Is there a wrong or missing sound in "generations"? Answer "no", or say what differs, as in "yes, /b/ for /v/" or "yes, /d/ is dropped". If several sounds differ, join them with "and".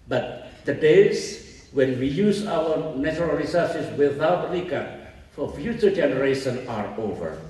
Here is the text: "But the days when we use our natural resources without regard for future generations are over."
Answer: yes, /z/ is dropped